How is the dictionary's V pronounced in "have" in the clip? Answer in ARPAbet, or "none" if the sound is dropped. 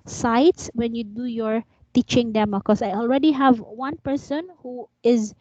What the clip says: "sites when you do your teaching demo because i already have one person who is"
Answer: V